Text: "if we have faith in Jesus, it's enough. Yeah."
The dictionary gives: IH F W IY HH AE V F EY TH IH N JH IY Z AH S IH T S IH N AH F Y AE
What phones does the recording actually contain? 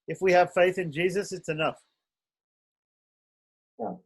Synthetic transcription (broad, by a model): IH F W IY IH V F EY TH IH N JH IY Z AH S IH T S IH N AH F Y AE